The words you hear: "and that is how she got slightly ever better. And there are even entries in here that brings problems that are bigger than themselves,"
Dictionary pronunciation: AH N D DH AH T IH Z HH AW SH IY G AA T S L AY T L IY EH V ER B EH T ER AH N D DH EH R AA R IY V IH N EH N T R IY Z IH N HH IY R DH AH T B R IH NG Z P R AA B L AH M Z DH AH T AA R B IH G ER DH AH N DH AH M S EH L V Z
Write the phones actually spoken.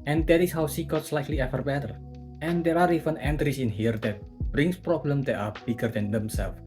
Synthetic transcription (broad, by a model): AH N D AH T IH S HH AW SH IY G AA T S L AY T L IY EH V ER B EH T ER AH N D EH R AA R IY F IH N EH N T R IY S IH N HH IY R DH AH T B R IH NG S P R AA B L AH M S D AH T AA R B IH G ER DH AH N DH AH M S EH L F